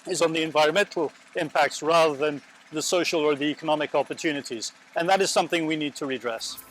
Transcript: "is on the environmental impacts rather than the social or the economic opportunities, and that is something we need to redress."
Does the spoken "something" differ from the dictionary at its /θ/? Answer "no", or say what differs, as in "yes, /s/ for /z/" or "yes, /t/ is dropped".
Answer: no